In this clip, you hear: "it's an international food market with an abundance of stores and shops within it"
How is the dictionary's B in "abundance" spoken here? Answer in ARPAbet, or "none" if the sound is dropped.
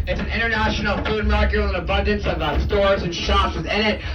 B